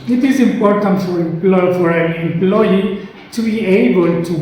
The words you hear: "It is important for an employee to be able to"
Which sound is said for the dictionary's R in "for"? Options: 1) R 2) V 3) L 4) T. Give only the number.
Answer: 3